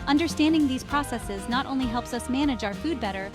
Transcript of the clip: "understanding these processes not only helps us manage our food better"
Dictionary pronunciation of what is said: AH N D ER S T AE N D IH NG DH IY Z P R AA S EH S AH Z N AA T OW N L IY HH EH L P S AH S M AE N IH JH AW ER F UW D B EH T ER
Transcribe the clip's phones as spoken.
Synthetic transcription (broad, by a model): AH N D ER S T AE N D IH NG DH IY Z P R AA S EH S AH Z N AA T OW N L IY HH EH L P S AH S M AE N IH JH AW ER F UW D B EH T ER